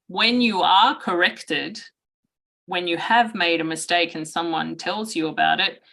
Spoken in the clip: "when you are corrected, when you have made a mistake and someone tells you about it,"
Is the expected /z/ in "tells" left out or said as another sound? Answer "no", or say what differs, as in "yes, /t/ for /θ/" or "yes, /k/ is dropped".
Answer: no